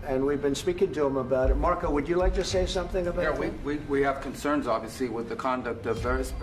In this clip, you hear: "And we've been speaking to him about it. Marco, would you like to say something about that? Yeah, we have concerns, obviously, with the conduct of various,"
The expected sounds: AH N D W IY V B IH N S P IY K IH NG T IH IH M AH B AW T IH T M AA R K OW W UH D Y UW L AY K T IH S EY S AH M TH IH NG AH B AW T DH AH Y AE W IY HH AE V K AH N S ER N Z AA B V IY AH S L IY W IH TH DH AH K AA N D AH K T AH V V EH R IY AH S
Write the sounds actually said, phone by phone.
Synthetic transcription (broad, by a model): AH N W IY V B IH N S P IY K IH NG T IH IH M AH B AW T IH T M AA R K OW W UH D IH L AY K T IH S EY S AH M TH IH NG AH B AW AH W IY W IY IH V K AH N S ER N Z AA B V IY AH S L IY W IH DH AH K AA N D AH K T AH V V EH R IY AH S